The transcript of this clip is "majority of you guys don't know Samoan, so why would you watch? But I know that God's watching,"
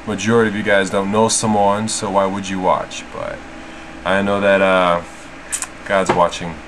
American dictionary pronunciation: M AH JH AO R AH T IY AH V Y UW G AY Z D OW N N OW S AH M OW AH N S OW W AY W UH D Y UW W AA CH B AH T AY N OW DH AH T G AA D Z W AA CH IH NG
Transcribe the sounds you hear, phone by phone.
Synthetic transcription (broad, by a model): M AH JH AO R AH T IY AH V Y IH G AY Z D OW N N OW S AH M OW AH N S OW W AY W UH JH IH W AA CH B AH T AY N OW DH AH T G AA D Z W AA CH IH NG